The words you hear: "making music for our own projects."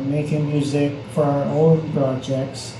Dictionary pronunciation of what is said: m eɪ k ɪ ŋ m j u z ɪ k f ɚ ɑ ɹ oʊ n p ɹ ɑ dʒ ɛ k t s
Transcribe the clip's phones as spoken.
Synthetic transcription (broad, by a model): m eɪ k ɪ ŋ m j u z ɪ k f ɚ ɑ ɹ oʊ l p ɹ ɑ dʒ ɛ k t s